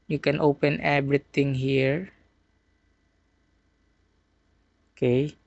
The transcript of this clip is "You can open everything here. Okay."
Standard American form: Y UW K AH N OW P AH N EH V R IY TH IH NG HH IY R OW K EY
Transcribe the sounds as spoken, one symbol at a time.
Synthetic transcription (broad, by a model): Y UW K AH N OW P AH N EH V R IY T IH NG HH IY R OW K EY